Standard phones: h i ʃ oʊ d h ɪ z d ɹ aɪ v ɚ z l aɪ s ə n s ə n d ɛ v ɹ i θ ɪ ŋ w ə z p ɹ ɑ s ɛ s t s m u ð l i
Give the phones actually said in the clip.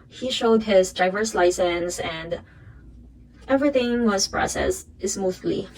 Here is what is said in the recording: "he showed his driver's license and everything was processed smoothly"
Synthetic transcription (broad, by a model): h i ʃ oʊ d h ɪ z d aɪ v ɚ s l aɪ s ə n s ə n d ɛ v ɹ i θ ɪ ŋ w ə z p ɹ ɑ s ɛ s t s m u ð l i